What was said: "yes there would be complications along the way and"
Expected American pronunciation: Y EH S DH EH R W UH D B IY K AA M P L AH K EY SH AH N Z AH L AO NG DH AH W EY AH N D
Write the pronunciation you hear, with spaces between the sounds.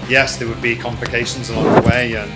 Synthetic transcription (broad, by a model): Y EH S DH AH W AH D B IY K AA M P L AH K EY SH AH N Z AH L AO NG DH AH W EY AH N